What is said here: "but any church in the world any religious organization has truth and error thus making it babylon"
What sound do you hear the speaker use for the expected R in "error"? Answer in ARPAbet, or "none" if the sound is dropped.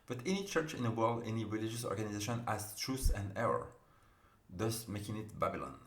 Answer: R